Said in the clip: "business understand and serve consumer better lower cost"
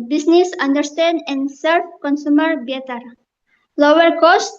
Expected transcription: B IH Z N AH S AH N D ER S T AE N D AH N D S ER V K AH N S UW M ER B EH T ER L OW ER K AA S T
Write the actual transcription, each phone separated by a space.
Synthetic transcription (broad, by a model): B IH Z N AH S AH N D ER S T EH N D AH N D S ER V K AH N S UW M ER B EH T ER L OW ER K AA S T